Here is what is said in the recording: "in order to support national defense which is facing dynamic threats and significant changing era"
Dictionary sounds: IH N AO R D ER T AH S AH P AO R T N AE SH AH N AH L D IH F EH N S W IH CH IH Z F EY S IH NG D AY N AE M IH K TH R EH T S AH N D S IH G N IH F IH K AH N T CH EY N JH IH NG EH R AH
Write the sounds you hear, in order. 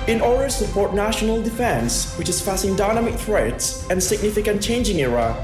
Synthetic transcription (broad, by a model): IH N AO R D ER S AH P AO R T N AE SH AH N AH L D IH F EH N S W IH CH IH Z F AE S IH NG D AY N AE M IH K TH R EH T S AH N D S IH G N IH F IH K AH N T CH EY N JH IH NG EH R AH